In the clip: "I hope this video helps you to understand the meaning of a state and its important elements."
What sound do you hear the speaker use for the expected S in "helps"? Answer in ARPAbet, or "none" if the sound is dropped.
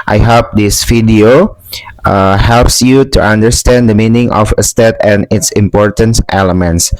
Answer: S